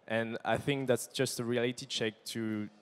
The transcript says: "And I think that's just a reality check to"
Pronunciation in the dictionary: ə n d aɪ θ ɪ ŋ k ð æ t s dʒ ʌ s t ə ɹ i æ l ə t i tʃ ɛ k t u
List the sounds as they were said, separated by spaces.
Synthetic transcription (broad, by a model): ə n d aɪ θ ɪ ŋ k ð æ t s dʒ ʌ s t ə ɹ i æ l ə t i tʃ ɛ k t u